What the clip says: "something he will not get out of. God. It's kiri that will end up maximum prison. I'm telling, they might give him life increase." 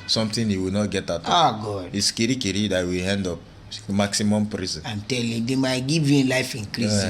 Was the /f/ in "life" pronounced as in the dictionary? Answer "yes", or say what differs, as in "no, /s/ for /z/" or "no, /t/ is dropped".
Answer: yes